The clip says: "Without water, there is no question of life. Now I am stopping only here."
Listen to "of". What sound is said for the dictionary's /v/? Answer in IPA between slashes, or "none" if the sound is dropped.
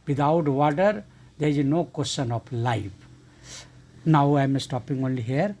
/p/